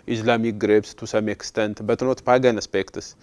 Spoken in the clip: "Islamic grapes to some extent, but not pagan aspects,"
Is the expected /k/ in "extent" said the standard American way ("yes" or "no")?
yes